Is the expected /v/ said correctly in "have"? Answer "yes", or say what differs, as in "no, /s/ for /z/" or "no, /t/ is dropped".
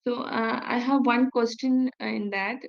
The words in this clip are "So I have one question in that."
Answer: yes